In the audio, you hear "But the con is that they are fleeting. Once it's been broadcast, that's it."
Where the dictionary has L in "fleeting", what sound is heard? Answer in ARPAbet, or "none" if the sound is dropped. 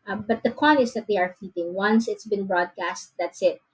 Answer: none